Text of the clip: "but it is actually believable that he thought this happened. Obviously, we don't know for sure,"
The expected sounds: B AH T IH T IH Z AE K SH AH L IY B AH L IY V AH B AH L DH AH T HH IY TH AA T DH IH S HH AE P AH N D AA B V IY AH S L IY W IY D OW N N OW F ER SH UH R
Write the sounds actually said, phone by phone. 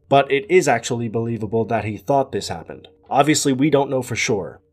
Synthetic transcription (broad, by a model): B AH T IH T IH Z AE K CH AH L IY B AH L IY V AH B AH L DH AH T HH IY TH AA T DH IH S HH AE P AH N D AA B V IY AH S L IY W IY D OW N N OW F ER SH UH R